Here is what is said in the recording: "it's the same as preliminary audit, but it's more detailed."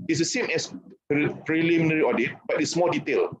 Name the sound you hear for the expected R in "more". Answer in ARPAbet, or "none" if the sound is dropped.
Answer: L